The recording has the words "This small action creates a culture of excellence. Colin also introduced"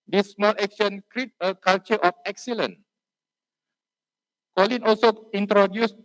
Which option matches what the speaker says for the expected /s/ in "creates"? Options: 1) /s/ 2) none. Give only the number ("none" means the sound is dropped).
2